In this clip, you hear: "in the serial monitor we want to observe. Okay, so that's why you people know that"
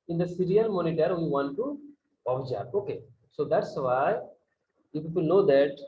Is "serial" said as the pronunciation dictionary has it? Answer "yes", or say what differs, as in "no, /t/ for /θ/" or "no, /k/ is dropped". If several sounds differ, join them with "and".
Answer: no, /n/ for /l/